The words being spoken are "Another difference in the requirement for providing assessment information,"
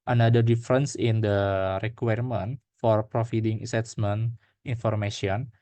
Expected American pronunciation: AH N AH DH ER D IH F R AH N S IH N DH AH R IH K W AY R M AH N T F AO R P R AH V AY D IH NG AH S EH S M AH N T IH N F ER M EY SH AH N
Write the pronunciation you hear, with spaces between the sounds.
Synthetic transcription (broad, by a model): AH N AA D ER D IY F R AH N S IH N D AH R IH K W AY R M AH N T F AO R P R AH F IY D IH NG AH S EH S M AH N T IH N F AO M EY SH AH N